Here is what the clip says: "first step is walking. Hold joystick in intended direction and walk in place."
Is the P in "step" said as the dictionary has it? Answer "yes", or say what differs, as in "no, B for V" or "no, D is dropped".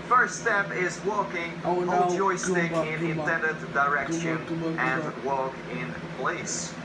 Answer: yes